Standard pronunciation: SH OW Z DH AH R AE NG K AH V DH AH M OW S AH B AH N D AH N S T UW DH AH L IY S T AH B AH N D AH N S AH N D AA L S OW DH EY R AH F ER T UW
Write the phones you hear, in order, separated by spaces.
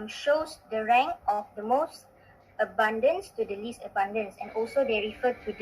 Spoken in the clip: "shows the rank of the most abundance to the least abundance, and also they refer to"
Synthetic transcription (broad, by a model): SH OW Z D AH R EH NG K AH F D AH M OW S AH B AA N D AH N S T UW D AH L IY S T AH B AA N D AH N S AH N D AA L S OW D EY R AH F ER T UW